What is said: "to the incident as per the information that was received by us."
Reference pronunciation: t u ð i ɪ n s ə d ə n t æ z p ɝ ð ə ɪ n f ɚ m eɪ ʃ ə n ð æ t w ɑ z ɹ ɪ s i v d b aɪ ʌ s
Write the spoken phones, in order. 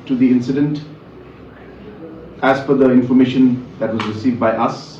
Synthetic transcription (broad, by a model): t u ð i ɪ n s ə d ə n t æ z f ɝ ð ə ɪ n f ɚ m eɪ ʃ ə n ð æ t w ɑ z ɹ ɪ s i v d b aɪ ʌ s